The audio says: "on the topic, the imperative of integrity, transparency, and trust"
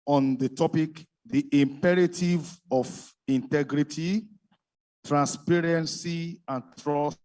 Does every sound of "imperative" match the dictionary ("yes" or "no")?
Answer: yes